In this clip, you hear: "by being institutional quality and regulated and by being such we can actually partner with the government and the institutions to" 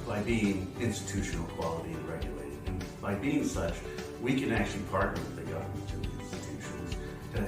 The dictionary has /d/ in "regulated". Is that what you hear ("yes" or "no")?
no